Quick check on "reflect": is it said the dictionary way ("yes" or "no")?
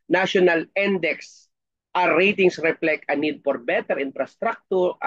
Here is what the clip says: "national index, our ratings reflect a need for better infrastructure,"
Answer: no